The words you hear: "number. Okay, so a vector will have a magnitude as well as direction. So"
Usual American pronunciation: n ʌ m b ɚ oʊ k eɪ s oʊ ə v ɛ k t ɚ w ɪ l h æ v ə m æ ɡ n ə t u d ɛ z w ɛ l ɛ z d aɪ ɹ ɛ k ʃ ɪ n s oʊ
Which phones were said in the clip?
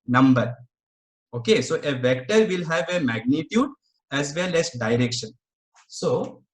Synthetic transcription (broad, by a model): n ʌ m b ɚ oʊ k eɪ s oʊ ə v ɛ k t ɚ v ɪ l h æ v ə m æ ɡ n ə t u d ɛ z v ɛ l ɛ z d aɪ ɹ ɛ k ʃ ɪ n s oʊ